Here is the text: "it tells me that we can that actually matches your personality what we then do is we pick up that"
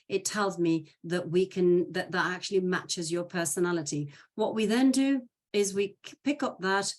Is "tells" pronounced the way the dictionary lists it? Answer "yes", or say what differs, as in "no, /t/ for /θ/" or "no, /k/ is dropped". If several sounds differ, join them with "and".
yes